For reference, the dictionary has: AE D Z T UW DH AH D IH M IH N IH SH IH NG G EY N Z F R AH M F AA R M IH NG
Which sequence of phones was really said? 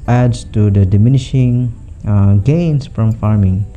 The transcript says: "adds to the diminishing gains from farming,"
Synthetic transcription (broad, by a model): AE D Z T UW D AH D IH M IH N IH SH IH NG G EY N S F R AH M F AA R M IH NG